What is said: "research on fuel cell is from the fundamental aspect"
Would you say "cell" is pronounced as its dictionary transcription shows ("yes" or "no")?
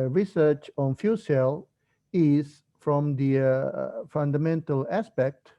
yes